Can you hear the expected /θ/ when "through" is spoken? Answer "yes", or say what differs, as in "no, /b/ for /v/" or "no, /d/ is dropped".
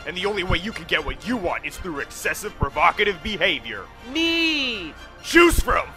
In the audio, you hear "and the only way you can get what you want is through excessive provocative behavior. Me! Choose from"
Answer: yes